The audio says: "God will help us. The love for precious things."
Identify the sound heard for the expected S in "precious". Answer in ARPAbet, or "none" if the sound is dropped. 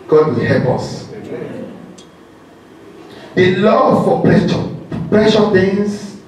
none